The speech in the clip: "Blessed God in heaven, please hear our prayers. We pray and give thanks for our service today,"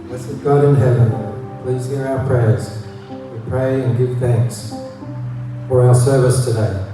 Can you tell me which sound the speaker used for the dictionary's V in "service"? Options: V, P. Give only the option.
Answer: V